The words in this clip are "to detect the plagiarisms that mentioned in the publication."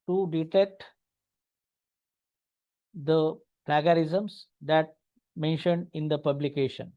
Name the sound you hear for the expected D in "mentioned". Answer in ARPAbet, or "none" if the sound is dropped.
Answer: D